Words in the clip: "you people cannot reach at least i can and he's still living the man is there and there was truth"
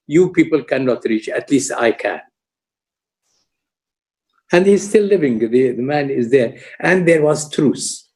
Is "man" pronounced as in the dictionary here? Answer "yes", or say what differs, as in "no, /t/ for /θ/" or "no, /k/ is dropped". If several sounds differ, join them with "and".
yes